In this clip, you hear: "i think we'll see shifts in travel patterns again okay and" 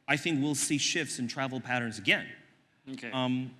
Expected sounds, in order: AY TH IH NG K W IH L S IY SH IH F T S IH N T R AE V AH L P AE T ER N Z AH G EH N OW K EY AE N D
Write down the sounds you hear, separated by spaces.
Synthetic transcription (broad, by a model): AY TH IH NG K W IH L S IY SH IH F T S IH N T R AE V L P AE T ER N Z AH G EH N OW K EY